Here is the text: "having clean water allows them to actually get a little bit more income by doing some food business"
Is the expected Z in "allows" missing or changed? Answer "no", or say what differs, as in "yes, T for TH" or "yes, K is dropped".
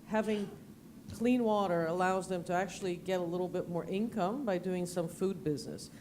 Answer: no